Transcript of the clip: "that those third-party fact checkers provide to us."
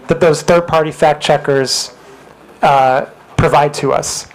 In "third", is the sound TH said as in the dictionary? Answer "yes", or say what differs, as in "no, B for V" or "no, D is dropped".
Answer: yes